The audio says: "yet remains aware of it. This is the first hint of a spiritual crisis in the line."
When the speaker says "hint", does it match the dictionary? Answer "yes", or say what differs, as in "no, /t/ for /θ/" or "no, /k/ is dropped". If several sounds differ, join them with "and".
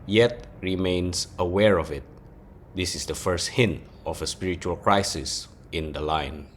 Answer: yes